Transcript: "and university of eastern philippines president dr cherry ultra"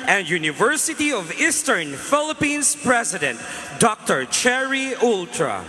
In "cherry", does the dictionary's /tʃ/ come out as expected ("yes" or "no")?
yes